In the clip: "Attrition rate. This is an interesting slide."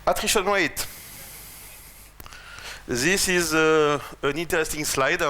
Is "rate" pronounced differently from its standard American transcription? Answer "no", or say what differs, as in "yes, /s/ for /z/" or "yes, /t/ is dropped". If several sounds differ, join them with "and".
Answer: yes, /w/ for /ɹ/